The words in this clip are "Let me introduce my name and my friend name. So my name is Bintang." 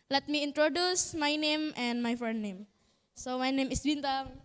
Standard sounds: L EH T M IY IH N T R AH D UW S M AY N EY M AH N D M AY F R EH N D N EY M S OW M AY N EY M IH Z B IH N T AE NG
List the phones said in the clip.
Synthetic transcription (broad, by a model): L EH T M IY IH N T R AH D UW S M AY N EY M AH N D M AY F EH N N EY M S OW M AY N EY M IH S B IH N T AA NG